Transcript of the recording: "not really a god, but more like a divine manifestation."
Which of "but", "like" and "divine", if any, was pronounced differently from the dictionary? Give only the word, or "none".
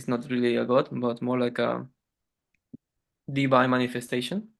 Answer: divine